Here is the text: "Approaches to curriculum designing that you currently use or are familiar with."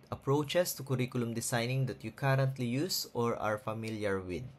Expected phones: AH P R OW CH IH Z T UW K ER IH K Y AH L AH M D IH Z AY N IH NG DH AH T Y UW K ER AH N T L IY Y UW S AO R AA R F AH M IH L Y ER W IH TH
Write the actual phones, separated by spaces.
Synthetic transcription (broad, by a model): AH P R OW CH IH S T UW K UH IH K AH L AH M D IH S AY N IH NG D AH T Y UW K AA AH N T L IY Y UW S AO R AA R F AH M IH L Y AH W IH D